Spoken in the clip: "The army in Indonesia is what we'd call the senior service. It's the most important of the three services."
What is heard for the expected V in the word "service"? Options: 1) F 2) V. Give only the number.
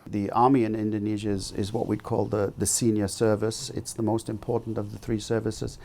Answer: 2